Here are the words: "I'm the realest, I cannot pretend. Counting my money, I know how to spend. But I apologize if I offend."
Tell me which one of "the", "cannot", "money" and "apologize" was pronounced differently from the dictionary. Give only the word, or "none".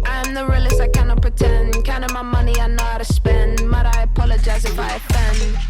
none